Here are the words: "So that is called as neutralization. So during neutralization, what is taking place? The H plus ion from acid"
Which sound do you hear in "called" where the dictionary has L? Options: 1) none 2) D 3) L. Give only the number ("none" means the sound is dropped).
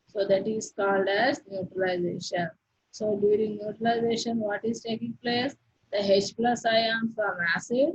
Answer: 3